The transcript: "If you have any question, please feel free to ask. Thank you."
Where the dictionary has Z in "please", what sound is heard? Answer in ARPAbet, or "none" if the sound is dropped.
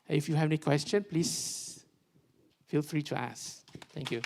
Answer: S